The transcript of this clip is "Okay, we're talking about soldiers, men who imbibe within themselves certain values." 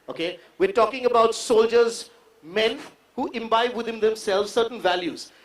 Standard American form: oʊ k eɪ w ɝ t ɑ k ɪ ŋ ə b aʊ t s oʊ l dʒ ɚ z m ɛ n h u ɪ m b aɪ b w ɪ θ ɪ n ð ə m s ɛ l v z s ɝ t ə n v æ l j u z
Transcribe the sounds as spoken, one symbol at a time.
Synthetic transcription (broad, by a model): oʊ k eɪ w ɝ t ɑ k ɪ ŋ ə b aʊ t s oʊ l dʒ ɚ z m ɛ n h u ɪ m b aɪ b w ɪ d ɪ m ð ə m s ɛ l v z s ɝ t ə n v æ l j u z